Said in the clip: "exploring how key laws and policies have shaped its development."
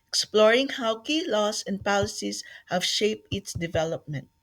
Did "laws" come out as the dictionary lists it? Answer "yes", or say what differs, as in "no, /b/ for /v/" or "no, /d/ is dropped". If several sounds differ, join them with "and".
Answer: no, /s/ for /z/